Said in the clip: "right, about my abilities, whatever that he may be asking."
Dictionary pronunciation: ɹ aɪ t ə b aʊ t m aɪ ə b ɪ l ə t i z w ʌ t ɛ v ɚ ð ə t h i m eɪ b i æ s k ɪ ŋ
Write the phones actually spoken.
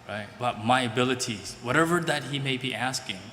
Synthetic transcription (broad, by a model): ɹ aɪ t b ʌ t m aɪ ə b ɪ l ə t i z w ʌ t ɛ v ɚ ð ə t h i m eɪ b i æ s k ɪ ŋ